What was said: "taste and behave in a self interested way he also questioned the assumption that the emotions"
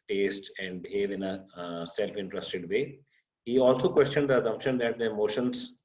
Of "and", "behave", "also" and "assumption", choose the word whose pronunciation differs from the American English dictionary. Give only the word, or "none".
assumption